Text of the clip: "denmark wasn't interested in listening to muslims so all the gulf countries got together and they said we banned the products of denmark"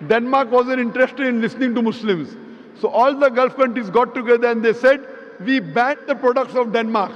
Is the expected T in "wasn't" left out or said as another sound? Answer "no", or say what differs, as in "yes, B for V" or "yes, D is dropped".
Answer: yes, T is dropped